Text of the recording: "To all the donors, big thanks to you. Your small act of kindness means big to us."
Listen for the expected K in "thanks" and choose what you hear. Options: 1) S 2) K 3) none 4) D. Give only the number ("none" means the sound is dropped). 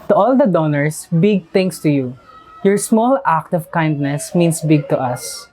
3